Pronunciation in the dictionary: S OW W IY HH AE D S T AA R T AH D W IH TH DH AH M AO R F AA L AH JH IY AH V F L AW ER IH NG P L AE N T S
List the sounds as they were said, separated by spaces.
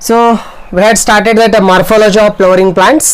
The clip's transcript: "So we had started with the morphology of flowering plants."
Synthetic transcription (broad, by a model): S OW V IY HH AE D S T AA R T AH D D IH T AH M AO R F AA L AH JH IY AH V P L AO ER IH NG P L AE N T S